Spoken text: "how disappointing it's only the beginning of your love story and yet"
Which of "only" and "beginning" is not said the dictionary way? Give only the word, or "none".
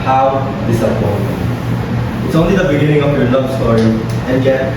none